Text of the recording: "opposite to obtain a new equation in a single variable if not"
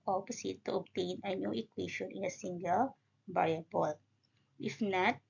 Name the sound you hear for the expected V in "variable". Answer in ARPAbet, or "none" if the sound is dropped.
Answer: B